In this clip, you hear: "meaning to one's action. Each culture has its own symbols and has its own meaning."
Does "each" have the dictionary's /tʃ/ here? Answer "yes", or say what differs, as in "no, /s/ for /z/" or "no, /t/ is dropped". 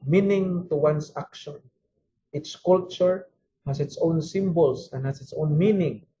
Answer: no, /s/ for /tʃ/